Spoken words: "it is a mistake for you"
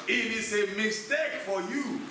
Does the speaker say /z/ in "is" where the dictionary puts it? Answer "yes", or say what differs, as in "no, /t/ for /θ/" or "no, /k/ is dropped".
no, /s/ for /z/